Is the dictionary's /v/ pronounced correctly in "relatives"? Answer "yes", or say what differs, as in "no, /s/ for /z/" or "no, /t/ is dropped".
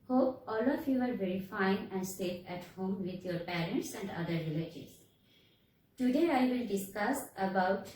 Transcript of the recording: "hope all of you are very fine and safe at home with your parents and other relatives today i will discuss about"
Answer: no, /v/ is dropped